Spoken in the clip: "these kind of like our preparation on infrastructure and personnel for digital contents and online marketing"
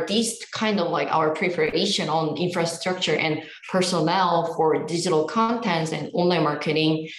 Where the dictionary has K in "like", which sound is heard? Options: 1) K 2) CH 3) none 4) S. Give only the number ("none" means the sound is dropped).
1